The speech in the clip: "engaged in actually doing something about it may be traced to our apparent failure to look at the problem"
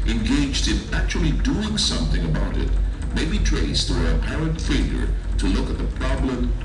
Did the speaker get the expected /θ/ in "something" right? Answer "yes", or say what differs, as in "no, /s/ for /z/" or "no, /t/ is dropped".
yes